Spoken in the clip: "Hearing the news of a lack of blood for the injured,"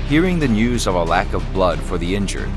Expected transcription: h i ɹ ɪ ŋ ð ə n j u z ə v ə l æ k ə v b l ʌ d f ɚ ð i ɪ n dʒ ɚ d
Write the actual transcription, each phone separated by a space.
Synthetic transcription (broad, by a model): h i ɹ ɪ ŋ ð ə n j u z ə v ə l æ k ə v b l ʌ d f ɚ ð i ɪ n dʒ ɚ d